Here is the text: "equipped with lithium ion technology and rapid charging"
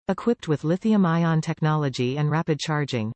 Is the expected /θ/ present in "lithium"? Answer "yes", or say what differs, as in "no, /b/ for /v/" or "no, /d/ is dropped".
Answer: yes